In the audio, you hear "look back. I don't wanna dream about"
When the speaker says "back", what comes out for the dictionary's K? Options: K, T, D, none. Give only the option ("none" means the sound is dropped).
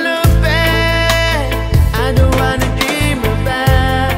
none